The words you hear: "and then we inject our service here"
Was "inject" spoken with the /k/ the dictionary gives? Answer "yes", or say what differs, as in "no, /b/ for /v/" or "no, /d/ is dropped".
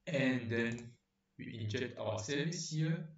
yes